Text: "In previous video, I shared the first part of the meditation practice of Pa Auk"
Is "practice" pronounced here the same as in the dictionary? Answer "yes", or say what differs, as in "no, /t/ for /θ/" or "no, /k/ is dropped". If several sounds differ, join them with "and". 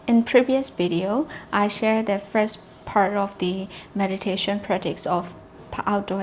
no, /k/ is dropped